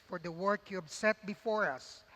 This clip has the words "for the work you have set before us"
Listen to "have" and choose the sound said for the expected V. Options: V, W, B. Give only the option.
B